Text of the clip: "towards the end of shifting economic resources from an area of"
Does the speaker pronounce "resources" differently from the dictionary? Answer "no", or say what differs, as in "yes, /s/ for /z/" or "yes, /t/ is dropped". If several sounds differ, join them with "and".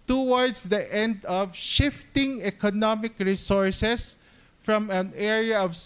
yes, /s/ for /z/